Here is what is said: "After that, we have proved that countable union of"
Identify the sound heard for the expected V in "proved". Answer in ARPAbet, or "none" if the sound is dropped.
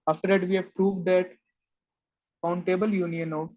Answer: V